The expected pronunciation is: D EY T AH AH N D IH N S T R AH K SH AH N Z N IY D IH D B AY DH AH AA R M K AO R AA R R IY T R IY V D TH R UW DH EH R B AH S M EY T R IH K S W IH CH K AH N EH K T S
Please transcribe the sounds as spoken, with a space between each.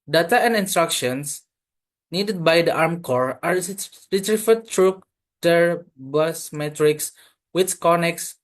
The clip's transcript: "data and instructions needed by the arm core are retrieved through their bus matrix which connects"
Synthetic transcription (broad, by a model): D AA T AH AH N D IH N S T R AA K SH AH N S N IY D IH D B AY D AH AA R M K AO R AA R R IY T R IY F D T R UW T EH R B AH S M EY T R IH K S W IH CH K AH N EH K S